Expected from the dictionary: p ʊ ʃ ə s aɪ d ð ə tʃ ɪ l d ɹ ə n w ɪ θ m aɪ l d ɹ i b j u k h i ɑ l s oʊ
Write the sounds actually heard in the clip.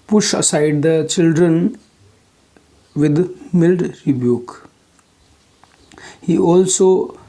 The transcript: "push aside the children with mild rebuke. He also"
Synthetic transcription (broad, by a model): p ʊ ʃ ə s aɪ d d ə tʃ ɪ l d ɹ ə n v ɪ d m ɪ l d ɹ i b j u k h i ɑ l s oʊ